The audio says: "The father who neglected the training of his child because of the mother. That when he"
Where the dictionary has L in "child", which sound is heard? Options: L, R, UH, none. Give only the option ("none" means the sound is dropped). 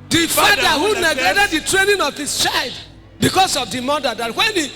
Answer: L